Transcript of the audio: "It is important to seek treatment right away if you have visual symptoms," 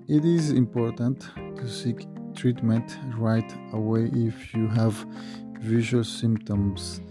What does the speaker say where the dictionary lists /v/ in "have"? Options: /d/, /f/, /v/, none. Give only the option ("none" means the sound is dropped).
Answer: /v/